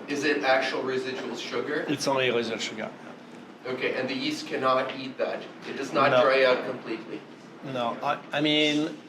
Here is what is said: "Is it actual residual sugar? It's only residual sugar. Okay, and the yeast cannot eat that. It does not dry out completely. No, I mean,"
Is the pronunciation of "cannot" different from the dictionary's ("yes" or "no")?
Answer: no